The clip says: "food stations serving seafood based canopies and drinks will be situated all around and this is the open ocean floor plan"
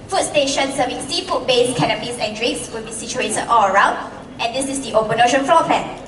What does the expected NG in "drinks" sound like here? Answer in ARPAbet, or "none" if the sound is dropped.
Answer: none